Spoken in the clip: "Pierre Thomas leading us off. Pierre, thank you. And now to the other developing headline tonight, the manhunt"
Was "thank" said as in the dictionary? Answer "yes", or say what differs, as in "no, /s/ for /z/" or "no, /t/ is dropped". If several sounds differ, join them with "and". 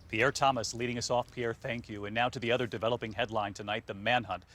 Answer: yes